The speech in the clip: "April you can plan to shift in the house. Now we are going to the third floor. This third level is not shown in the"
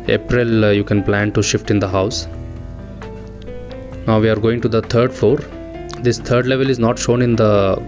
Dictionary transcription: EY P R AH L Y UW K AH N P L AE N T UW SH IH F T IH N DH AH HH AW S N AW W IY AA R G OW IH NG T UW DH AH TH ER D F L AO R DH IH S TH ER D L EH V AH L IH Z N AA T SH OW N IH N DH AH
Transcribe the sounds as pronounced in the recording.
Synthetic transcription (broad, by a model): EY P R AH L Y UW K AH N P L AE N T UW SH IH F T IH N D AH HH AW S N AW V IY AA R G OW IH NG T UW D AH T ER D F AO R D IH S T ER D L EH V AH L IH Z N AA T SH OW N IH N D AH